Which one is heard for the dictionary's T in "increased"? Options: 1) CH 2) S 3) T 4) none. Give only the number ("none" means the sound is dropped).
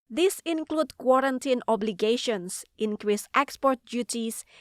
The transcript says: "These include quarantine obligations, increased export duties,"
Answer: 3